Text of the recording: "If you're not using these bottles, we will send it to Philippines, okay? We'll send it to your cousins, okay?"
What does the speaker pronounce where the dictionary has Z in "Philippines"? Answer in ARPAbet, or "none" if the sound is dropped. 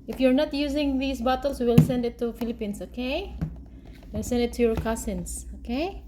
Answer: S